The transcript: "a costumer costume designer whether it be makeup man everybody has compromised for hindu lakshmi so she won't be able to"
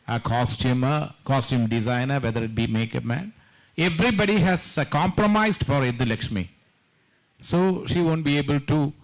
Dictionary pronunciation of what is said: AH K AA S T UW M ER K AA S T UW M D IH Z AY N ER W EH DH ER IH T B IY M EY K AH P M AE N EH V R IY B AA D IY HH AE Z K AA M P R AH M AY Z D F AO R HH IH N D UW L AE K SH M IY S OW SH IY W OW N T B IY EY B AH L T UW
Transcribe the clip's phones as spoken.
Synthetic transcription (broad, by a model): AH K AA S T UW M ER K AA S T UW M D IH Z AY N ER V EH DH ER IH T B IY M EY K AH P M AE N EH V R IY B AA D IY HH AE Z K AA M P R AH M AY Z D F AO R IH D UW L AE K SH M IY S OW SH IY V OW N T B IY EY B AH L T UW